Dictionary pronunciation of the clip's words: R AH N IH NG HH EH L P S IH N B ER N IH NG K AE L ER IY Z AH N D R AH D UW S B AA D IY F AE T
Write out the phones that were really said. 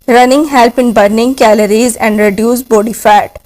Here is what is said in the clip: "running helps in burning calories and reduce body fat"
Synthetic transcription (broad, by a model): R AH N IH NG HH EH L P IH N B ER N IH NG K AE L ER IY Z AH N D R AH D UW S B AA D IY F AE T